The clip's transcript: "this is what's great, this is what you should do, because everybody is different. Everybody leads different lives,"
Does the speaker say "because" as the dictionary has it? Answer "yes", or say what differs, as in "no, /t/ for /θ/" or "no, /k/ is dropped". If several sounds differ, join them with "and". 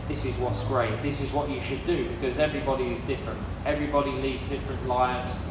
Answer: yes